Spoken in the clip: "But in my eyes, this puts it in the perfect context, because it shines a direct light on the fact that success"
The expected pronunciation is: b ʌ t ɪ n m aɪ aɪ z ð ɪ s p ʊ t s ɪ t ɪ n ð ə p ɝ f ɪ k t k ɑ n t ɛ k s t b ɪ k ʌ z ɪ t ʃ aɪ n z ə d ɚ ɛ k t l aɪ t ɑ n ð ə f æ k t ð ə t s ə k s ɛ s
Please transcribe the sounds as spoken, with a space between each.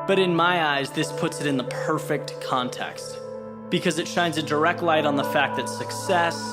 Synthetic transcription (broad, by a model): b ʌ t ɪ n m aɪ aɪ z ð ɪ s p ʊ t s ɪ t ɪ n ð ə p ɝ f ɪ k t k ɑ n t ɛ k s t b ɪ k ʌ z ɪ t ʃ aɪ n z ə d ɚ ɛ k t l aɪ t n ð ə f æ k ð ə t s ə k s ɛ s